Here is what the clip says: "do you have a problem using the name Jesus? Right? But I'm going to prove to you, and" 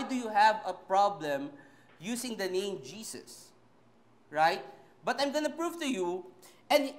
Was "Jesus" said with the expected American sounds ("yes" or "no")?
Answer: no